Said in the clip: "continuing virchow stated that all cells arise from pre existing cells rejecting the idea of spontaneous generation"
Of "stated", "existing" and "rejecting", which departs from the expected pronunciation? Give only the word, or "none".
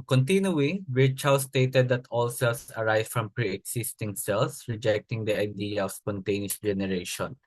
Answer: existing